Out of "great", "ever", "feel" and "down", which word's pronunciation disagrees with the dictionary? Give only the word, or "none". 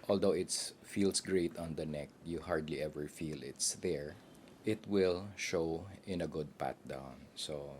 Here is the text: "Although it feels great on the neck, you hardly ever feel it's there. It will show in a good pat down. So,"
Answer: none